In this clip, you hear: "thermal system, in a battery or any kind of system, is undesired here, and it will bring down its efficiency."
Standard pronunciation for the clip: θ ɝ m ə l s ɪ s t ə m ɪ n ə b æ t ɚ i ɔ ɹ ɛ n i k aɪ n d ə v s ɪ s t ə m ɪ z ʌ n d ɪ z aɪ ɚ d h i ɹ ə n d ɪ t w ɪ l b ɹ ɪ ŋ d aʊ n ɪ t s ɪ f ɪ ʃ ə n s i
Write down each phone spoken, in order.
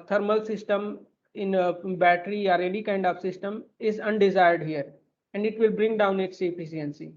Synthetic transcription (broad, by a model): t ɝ m ə l s ɪ s t ə m ɪ n ə b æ t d i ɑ ɹ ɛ l i k aɪ n d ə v s ɪ s t ə m ɪ z ʌ n d ɪ z aɪ ɚ d h i ɹ ə n d ɪ t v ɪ l b ɹ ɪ ŋ d aʊ n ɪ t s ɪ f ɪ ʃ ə n s i